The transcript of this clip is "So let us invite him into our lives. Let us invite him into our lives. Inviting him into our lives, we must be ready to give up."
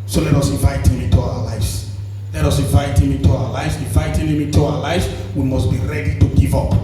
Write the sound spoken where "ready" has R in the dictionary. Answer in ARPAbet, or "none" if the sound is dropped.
R